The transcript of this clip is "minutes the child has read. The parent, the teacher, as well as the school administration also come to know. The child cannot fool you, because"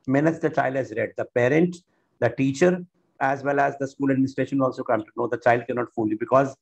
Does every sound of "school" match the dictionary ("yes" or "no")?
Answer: yes